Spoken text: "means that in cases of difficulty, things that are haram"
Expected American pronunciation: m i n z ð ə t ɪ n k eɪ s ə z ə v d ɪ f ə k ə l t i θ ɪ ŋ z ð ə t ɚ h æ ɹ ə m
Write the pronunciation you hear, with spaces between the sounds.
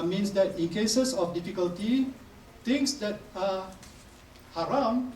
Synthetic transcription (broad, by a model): m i n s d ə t ɪ n k eɪ s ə s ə f d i f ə k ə l t i t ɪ ŋ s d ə t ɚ h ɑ ɹ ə m